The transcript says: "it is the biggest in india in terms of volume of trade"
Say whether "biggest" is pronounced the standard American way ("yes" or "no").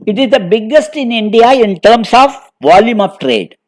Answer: yes